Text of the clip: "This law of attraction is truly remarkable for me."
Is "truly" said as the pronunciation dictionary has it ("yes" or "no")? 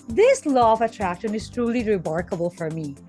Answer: yes